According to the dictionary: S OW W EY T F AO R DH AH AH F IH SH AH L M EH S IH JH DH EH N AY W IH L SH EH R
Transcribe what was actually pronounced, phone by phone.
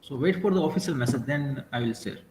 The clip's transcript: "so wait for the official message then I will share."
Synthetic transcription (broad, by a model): S OW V EY T F AO R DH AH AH F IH S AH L M EH S IH JH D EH N AY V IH L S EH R